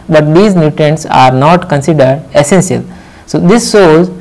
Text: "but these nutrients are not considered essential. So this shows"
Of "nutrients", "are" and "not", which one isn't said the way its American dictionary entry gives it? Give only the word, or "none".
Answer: nutrients